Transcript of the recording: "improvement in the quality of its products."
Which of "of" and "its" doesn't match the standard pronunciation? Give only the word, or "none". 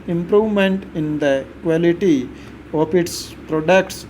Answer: of